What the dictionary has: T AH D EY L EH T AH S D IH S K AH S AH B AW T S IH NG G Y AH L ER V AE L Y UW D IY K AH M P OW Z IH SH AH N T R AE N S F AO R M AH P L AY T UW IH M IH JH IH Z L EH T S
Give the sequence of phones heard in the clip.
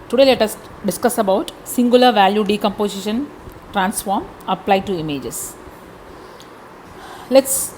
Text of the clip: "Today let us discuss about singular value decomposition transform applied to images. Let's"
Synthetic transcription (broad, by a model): T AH D EY L EH T AH S D IH S K AH S AH B AW T S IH NG G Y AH L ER V AE L Y UW D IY K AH M P OW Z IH SH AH N T R AE N S F AO R M AH P L AY T UW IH M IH JH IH S L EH T S